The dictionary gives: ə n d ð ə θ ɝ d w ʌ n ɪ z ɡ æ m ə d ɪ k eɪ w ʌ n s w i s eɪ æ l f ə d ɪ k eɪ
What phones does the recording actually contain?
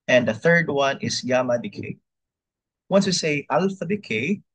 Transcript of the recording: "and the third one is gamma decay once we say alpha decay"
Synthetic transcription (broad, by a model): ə n ð ə θ ɝ d w ʌ n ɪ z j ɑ m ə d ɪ k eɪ w ʌ n s w i s eɪ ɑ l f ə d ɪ k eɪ